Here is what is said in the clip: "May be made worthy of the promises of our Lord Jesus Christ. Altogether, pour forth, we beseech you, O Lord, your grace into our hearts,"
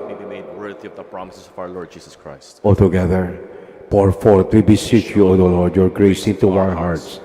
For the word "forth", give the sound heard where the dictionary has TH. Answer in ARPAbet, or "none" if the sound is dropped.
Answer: T